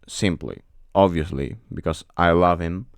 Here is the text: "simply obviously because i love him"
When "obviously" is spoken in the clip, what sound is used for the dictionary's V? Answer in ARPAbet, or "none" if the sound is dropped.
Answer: V